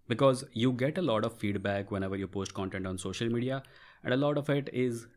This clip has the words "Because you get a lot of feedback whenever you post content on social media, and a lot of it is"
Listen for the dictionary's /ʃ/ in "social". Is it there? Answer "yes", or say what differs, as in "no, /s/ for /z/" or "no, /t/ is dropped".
yes